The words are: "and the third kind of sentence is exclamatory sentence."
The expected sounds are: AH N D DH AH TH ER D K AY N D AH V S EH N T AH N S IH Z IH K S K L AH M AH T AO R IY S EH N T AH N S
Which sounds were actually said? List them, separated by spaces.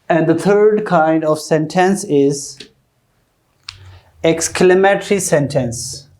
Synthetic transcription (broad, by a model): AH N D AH T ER D K AY N D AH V S EH N T AH N S IH Z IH K S K L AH M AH T R IY S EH N T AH N S